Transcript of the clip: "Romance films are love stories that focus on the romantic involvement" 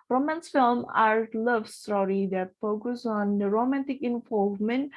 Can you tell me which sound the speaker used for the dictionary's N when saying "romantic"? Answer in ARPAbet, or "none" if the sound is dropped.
N